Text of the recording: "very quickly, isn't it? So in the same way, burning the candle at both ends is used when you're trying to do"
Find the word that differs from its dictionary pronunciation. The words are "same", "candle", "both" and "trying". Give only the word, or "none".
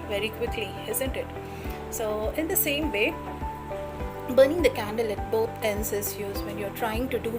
both